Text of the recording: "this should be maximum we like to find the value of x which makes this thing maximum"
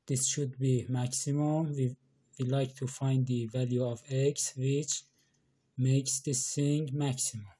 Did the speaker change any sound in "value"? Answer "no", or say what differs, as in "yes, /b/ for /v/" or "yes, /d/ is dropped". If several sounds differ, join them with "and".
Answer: no